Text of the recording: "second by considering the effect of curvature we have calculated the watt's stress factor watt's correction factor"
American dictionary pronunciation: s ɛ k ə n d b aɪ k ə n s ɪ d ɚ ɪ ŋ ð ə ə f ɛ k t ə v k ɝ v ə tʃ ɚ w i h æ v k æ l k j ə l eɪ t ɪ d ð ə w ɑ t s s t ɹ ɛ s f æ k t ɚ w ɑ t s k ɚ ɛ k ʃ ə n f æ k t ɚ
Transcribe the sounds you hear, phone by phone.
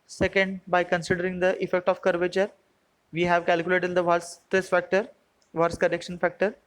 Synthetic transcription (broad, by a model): s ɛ k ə n d b aɪ k ə n s ɪ d ɚ ɪ ŋ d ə ə f ɛ k t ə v k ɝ v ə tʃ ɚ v i h æ v k æ l k j ə l eɪ t ɪ d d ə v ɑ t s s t ɛ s f æ k t ɚ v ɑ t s k ɚ ɛ k ʃ ə n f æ k t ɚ